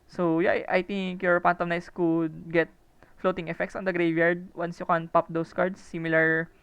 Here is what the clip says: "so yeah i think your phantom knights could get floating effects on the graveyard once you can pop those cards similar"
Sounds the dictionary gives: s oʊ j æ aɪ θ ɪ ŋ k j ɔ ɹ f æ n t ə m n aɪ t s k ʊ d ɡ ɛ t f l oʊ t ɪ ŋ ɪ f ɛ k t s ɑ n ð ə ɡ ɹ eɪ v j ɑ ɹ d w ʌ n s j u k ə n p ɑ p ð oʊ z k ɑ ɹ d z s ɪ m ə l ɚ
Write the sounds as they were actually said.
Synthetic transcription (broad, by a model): s oʊ j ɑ aɪ t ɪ ŋ k j ɔ ɹ p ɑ n t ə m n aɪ s k ʊ d ɡ ɛ t f l oʊ t ɪ ŋ ɪ f ɛ k t s ɑ n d ə ɡ ɹ eɪ v j ɑ ɹ d w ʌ n s j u k ə n p ɑ p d oʊ s k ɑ ɹ d s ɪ m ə l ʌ